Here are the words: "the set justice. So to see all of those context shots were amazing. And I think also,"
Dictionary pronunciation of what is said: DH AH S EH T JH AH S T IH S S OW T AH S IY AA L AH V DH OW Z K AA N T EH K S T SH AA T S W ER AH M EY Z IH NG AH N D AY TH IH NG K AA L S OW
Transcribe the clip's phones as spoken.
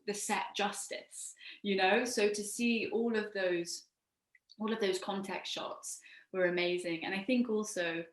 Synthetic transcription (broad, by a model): DH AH S EH T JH AH S T IH S S OW T AH S IY AA L AH V DH OW Z K AA N T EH K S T SH AA T S W ER AH M EY Z IH NG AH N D AY TH IH NG K AA L S OW